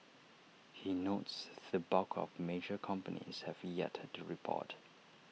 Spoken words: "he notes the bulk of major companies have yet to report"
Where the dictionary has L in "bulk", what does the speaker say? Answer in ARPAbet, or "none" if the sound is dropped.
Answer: none